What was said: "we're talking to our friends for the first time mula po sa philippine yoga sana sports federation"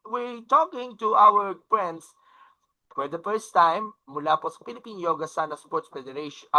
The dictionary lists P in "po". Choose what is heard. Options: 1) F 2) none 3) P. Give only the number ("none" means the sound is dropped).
3